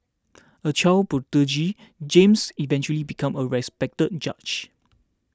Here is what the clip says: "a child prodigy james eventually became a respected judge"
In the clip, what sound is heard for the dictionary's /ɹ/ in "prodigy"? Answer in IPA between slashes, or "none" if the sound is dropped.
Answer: none